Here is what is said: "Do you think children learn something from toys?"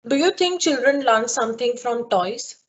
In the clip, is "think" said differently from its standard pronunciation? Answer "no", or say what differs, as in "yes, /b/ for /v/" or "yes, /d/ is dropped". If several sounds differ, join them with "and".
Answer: yes, /t/ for /θ/